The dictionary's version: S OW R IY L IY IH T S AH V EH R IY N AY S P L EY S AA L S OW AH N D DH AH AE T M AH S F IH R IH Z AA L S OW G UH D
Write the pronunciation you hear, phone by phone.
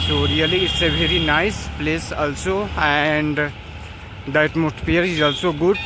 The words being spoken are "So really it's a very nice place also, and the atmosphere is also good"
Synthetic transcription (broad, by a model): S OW R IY L IY IH T S AH V EH R IY N AY S P L EY S AA L S OW AH N D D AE T M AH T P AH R IH Z AA L S OW G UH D